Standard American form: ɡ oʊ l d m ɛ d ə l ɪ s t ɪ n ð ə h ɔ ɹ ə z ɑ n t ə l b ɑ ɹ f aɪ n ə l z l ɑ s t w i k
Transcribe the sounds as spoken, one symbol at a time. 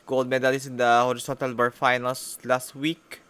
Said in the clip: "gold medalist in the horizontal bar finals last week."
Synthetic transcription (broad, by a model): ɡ oʊ l d m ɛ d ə l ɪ s ɪ n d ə h ɔ ɹ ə s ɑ n t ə l b ɑ ɹ f aɪ n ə l s l ɑ s t w i k